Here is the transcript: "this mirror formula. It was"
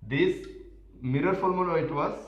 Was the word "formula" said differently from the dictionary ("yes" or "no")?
yes